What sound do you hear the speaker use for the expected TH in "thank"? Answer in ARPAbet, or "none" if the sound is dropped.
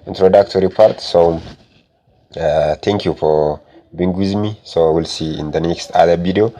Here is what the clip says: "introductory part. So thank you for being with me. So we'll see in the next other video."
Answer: T